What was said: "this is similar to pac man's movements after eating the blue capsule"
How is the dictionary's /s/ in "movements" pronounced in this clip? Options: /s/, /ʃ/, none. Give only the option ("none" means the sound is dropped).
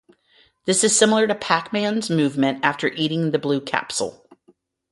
none